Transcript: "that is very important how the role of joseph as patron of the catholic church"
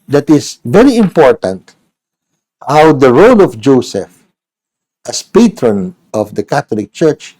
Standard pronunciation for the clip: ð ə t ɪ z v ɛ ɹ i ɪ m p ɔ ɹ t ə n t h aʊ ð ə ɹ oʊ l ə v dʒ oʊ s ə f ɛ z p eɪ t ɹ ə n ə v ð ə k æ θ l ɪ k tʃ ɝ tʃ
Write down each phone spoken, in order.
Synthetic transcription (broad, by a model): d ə t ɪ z v ɛ ɹ i ɪ m p ɔ ɹ t ə n t h aʊ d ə ɹ oʊ l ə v dʒ oʊ s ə f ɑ s p eɪ t ɹ ə n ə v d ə k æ t l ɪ k tʃ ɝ tʃ